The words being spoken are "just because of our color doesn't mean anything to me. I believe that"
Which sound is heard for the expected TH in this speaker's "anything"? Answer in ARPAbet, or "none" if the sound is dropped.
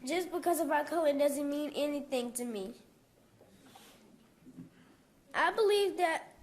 TH